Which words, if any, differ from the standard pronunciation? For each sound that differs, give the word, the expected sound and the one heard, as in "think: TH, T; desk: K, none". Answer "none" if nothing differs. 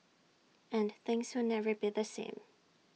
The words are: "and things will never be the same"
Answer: none